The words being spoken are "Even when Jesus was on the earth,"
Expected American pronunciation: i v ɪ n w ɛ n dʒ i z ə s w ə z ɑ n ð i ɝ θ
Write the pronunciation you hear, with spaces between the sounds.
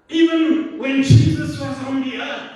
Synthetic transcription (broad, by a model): i v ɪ n w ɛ n dʒ i z ə s w ə z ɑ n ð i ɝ